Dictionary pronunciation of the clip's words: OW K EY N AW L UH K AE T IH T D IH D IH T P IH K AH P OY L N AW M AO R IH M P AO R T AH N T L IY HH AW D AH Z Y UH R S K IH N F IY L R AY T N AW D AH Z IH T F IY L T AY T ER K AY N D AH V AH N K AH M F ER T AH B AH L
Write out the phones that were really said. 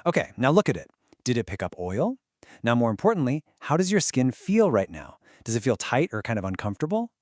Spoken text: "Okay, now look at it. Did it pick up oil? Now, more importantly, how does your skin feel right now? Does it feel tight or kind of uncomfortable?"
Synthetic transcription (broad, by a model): OW K EY N AW L UH K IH T IH T D IH D IH T P IH K AH P OY L N AW M AO R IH M P AO R T N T L IY HH AW D AH Z Y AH R S K IH N F IY L R AY T N AW D AH Z IH T F IY L T AY T ER K AY N D AH V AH N K AH M F T AH B L